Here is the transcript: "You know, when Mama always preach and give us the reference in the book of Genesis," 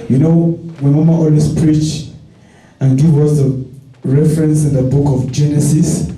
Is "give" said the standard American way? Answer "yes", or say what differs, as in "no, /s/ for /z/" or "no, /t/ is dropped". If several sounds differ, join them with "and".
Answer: no, /w/ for /v/